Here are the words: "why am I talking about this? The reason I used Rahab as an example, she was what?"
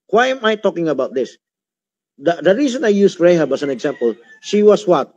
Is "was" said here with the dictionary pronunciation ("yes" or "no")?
no